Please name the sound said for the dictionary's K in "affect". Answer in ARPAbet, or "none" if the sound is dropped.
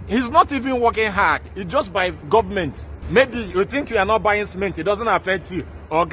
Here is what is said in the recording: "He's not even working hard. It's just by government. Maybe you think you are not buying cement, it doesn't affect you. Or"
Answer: K